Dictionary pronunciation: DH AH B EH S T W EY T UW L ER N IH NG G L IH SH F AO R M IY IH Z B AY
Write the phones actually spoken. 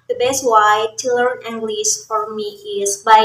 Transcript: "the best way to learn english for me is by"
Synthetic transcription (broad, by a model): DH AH B EH S T W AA T UW L ER N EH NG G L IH S F AO R M IY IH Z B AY